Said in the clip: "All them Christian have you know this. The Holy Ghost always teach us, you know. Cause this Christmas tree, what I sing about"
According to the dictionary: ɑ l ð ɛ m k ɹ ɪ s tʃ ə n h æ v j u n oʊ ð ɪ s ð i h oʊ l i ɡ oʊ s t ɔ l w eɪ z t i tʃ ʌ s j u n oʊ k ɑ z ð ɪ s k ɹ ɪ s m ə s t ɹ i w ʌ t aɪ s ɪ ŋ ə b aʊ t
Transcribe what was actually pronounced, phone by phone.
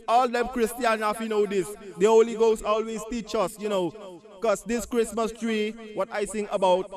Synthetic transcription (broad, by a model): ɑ l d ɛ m k ɹ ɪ s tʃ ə n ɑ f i n oʊ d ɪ s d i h oʊ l i ɡ oʊ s ɔ l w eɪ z t i tʃ ʌ s j u n oʊ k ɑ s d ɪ s k ɹ ɪ s m ə s t ɹ i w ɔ t aɪ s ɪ ŋ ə b aʊ t